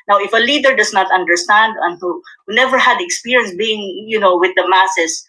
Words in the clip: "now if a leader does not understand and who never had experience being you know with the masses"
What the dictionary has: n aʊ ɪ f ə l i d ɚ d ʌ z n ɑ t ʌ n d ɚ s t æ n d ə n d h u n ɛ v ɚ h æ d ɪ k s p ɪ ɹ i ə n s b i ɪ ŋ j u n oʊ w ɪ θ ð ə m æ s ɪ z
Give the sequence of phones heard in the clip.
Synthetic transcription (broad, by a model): n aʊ ɪ f ə l i d ɚ d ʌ s n ɑ t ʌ n d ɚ s t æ n d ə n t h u n ɛ v ɚ h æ d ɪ k s p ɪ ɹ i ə n s b i ɪ ŋ j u n oʊ w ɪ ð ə m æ s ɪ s